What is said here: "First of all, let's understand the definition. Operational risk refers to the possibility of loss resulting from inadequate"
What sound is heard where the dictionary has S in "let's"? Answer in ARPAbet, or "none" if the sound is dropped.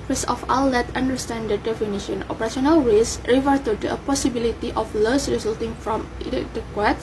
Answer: none